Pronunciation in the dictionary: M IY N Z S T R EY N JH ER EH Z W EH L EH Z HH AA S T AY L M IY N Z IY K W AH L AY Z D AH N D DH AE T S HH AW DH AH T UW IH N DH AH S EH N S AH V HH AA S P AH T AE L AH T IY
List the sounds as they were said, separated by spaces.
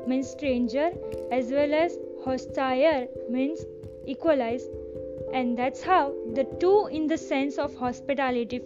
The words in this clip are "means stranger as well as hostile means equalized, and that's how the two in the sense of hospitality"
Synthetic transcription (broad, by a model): M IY N S T R EY N JH ER EH Z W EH L EH Z HH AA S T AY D M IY N S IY K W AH L AY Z AH N D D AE T S HH AW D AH T UW IH N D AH S EH N S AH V HH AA S P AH T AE L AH T IY